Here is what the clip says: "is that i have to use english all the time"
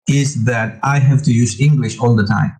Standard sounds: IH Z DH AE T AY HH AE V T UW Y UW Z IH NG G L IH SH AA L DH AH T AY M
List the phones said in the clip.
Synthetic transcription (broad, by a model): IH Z DH AE T AY HH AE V T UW Y UW Z IH NG G L IH SH AA L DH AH T AY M